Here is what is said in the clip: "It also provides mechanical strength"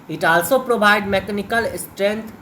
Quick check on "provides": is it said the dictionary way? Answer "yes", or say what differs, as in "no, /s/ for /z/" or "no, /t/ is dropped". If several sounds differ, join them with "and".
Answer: no, /z/ is dropped